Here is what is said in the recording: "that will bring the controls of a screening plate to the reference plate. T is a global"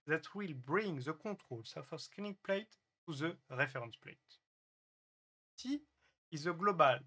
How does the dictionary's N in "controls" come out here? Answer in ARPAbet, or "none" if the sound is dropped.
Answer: none